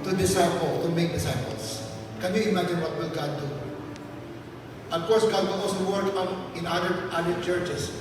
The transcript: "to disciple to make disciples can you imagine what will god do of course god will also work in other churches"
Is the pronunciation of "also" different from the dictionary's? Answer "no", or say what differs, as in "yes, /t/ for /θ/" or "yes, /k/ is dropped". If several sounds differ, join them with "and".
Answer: yes, /l/ is dropped